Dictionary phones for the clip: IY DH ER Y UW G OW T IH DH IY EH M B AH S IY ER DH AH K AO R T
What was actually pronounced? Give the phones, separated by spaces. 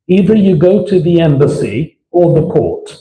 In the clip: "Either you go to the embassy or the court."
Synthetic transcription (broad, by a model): IY DH ER Y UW G OW T IH DH IY EH M B AH S IY ER DH AH K AO R T